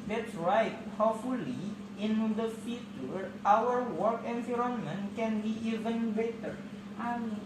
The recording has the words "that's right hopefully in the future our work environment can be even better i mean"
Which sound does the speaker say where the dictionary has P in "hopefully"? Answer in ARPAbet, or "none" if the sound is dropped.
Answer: none